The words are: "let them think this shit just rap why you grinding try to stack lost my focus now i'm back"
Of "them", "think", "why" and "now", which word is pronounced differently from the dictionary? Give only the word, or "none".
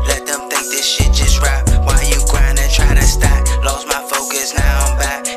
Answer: none